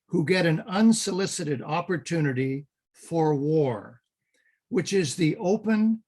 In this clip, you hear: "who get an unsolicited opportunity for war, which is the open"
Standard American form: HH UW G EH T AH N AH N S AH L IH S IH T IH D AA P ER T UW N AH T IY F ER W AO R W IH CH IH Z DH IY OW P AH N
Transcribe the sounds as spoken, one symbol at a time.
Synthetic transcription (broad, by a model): HH UW G EH T AH N AH N S AH L IH S IH T IH D AA P ER T UW N AH T IY F ER W AO R W IH CH IH Z DH IY OW P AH N